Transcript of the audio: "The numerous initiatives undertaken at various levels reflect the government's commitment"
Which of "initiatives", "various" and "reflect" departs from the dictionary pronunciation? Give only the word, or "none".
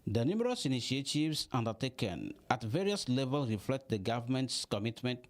initiatives